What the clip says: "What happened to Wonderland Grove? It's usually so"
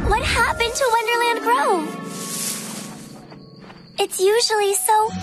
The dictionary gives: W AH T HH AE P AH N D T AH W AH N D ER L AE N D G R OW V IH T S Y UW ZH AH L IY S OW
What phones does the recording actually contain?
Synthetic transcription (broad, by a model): W AH T HH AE P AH N T AH W AH N D ER L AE N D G R OW IH T S Y UW ZH L IY S OW